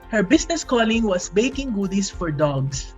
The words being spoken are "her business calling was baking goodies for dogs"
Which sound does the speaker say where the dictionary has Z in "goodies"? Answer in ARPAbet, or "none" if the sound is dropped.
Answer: S